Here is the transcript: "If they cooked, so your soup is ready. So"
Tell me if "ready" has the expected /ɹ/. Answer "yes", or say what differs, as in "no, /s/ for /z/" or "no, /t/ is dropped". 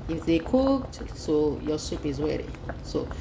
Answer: no, /w/ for /ɹ/